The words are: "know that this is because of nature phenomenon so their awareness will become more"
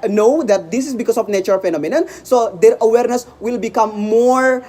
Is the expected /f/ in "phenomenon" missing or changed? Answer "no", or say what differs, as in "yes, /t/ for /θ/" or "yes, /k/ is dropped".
no